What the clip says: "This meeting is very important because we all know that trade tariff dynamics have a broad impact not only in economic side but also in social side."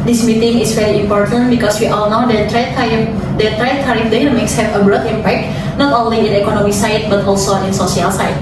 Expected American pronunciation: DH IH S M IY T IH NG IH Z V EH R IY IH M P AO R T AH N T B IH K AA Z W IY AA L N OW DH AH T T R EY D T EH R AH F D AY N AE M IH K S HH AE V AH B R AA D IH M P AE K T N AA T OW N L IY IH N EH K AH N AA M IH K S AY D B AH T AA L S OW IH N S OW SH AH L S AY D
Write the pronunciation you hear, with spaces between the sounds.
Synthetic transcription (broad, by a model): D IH S M IY T IH NG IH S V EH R IY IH M P AO R T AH N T B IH K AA S W IY AA L N OW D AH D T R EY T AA R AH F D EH M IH K S HH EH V AH B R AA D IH M P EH K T N AA T OW N L IY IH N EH K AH N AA M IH S AY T B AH T AA L S OW IH N S OW S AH L S AY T